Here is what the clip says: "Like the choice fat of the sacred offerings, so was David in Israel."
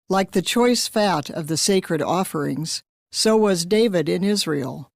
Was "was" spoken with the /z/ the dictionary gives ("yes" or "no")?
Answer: yes